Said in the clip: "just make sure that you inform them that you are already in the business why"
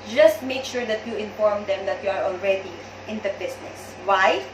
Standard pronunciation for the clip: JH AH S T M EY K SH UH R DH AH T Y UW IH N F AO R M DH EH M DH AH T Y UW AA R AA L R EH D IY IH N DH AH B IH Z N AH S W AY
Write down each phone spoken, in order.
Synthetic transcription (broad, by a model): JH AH S T M EY K SH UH R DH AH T Y UW IH N F AO R M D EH M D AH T Y UW AA R AA L R EH D IY IH N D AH B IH S N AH S W AY